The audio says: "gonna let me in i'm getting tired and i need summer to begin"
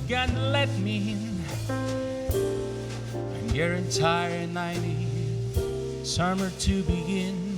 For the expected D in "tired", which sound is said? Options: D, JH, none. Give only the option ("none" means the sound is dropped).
none